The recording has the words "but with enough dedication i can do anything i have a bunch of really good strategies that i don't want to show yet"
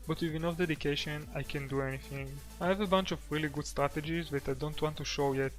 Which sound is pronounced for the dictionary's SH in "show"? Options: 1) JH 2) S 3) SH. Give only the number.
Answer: 3